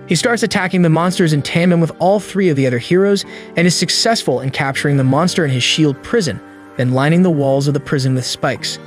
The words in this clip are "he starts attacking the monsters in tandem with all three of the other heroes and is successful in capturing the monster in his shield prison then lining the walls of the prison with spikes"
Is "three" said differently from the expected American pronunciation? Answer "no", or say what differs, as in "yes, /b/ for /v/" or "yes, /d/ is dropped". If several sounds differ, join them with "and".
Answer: no